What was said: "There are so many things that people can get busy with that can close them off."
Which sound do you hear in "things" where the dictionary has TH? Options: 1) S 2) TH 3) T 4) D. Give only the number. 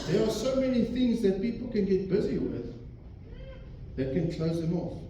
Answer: 2